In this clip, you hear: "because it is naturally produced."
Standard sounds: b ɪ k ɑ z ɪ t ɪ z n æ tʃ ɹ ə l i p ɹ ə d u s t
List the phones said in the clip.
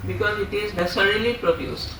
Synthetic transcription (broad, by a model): b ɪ k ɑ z ɪ t ɪ z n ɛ s ɹ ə l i p ɹ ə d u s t